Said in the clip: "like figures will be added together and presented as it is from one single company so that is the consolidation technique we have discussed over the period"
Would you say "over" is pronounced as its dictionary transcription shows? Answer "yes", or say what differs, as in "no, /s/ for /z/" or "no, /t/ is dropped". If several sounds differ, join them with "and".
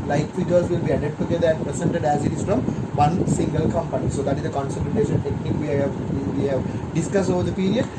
yes